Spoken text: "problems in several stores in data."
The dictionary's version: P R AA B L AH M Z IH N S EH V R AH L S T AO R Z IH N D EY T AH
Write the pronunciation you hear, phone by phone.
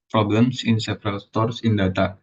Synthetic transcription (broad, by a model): P R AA B L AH M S IH N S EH P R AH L S T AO R S IH N D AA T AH